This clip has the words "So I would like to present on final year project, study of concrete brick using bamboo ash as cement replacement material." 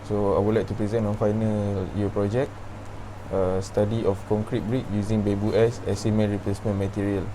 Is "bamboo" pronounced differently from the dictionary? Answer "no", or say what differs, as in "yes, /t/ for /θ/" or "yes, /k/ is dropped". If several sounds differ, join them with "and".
yes, /m/ is dropped